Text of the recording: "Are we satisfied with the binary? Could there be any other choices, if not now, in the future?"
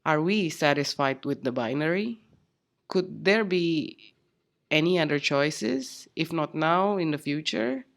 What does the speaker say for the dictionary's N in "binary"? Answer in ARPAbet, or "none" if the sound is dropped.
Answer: N